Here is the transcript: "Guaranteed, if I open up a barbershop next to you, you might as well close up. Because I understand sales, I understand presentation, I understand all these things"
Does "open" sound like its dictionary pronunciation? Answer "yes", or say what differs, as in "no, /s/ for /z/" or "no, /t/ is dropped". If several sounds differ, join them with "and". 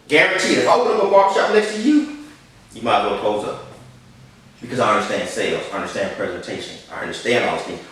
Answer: no, /p/ is dropped